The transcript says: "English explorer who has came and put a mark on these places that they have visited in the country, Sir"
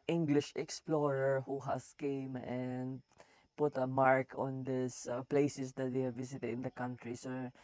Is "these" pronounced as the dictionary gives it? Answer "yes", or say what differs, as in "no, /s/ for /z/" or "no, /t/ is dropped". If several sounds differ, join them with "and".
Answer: no, /s/ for /z/